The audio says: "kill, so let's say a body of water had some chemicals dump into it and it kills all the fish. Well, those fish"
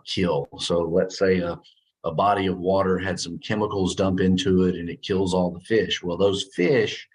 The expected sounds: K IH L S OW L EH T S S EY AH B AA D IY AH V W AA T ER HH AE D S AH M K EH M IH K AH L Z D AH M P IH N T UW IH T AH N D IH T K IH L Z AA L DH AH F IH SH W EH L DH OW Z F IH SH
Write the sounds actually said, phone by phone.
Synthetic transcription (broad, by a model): K IH L S OW L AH T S S EY AH B AA D IY AH V W AA T ER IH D S AH M K EH M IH K L Z D AH M P IH N T UW IH T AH N IH T K IH L Z AA L DH AH F IH SH W EH L DH OW Z F IH SH